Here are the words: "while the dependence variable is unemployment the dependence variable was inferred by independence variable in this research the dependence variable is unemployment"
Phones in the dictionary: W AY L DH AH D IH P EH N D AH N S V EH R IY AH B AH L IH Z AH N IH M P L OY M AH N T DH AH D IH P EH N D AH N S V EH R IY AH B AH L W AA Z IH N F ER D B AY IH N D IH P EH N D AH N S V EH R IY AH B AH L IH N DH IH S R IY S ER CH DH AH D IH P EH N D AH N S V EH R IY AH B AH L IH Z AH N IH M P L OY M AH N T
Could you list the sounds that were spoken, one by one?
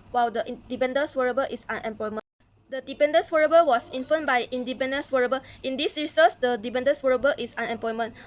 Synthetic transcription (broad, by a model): W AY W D AH D IH P EH N D AH N S W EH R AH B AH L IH S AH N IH M P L OY M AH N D AH D IH P EH N D AH N S W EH R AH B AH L W AA S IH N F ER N B AY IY N D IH P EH N D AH N S W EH R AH B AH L IH N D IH S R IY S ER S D AH D IH P EH N D AH N S W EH R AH B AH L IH S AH N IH M P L OY M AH N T